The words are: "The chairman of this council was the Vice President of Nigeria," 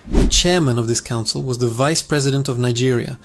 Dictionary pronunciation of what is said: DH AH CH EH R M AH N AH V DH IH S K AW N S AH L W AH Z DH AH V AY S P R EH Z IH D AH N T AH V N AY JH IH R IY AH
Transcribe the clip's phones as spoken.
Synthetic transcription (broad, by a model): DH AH CH EH R M AH N AH V DH IH S K AW N S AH L W AH Z DH AH V AY S P R EH Z IH D AH N T AH V N AY JH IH R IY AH